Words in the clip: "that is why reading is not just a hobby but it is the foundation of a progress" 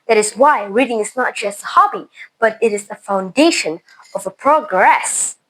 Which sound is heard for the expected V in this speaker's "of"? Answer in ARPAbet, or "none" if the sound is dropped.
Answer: V